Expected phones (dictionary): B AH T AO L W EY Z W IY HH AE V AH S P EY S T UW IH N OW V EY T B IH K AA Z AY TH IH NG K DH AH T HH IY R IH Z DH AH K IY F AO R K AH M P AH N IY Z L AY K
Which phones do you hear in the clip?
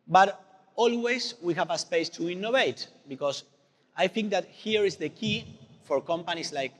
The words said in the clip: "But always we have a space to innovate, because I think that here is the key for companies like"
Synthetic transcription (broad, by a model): B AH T AO L W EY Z W IY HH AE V AH S P EY S T UW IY N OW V EY T B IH K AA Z AY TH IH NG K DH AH T HH IY R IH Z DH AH K IY F AO R K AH M P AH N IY S L AY K